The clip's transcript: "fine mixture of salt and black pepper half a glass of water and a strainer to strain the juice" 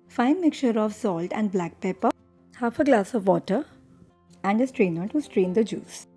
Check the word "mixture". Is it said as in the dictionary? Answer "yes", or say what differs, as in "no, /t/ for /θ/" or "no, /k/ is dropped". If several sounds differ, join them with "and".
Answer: no, /s/ is dropped